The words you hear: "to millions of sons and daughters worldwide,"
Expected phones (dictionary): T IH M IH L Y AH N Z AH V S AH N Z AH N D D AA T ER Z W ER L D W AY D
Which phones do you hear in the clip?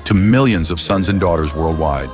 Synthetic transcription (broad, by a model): T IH M IH L Y AH N Z AH V S AH N Z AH N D D AA T ER Z W ER L D W AY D